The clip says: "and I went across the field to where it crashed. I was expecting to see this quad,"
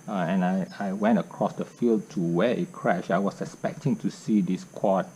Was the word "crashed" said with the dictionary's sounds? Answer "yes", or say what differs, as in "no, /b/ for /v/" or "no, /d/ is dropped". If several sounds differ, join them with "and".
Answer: no, /t/ is dropped